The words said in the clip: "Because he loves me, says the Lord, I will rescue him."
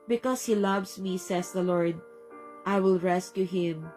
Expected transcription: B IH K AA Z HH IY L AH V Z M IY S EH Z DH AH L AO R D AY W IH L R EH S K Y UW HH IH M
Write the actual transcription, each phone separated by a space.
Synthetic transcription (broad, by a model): B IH K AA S HH IY L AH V S M IY S EH S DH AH L AO R D AY W IH L R EH S K Y UW HH IH M